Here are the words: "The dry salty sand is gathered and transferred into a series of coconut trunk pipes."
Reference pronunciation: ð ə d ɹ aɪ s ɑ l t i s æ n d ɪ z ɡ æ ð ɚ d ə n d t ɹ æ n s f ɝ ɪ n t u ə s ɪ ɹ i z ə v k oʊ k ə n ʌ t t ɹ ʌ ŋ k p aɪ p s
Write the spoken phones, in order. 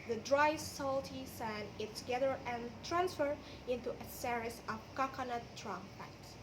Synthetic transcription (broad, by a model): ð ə d ɹ aɪ s ɑ l t i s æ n ɪ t ɡ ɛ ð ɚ ə n t ɹ æ n s f ɝ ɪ n t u ə s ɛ ɹ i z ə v k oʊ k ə n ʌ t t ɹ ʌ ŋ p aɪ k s